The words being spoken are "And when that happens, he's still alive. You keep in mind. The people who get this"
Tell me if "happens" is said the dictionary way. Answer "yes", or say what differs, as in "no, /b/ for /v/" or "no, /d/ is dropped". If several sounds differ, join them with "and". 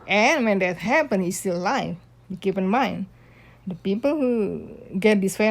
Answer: no, /z/ is dropped